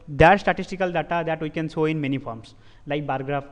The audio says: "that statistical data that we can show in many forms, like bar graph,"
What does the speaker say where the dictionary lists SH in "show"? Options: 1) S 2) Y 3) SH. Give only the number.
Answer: 1